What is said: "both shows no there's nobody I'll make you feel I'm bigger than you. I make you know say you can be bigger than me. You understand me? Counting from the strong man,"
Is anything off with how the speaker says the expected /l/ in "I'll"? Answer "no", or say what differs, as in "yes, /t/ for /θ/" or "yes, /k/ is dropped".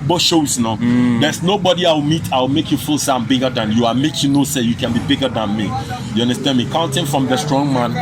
yes, /w/ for /l/